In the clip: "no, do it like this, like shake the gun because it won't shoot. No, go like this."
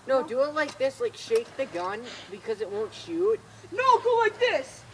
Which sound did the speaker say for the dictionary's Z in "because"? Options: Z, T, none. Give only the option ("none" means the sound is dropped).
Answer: Z